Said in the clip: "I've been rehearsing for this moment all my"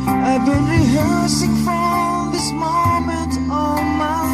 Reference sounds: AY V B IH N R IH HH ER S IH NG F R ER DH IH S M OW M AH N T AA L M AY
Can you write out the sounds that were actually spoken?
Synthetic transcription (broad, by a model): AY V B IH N R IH HH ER S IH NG F R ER DH IH S M OW M AH N T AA N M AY